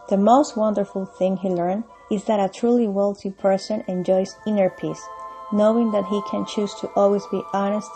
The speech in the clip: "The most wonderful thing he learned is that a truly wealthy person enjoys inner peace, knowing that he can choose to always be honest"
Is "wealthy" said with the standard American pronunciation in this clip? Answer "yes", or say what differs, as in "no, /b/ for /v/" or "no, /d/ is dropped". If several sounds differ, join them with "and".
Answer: no, /t/ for /θ/